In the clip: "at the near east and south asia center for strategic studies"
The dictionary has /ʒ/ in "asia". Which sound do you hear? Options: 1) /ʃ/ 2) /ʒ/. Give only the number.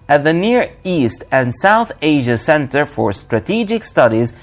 2